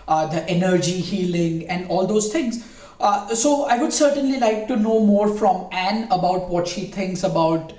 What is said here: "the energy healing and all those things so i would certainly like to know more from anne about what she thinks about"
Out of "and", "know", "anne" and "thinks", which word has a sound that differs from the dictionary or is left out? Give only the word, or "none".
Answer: thinks